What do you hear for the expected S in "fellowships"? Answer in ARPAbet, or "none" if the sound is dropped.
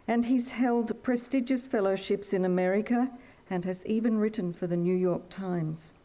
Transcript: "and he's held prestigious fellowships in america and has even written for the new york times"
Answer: S